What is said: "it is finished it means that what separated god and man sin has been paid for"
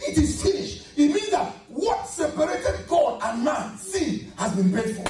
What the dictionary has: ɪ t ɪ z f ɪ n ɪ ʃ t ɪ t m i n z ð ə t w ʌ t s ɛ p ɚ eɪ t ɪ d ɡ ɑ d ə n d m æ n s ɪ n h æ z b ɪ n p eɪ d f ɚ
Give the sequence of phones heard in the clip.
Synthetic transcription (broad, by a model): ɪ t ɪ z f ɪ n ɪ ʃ ɪ t m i n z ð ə t w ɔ t s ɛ p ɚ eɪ t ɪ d ɡ ɑ d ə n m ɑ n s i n h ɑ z b ɪ n b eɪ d f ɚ